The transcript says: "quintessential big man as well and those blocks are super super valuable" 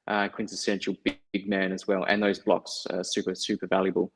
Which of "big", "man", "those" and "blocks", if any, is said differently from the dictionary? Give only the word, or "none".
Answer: none